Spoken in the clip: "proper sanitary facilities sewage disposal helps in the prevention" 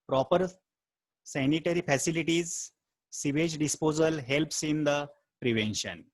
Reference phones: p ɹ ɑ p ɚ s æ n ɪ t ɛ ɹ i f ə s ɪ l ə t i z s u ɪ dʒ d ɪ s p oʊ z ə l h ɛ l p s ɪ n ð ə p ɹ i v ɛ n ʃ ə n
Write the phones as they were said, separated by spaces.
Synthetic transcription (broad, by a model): p ɹ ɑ p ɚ s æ n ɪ t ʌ ɹ i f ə s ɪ l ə t i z s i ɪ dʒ d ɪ s p oʊ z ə l h ɛ l p s ɪ n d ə p ɹ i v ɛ n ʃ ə n